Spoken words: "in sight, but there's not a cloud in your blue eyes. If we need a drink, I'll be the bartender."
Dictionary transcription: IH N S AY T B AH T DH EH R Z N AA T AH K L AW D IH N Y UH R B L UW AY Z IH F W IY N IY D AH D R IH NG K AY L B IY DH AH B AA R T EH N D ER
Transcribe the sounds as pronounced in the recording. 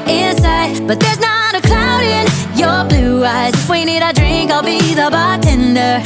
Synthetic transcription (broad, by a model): IH N S AY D B AH T DH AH R Z N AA T AH K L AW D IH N Y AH R B L UW AY Z IH F W IY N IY D AH D R IH NG K AY L B IY DH AH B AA T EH N D ER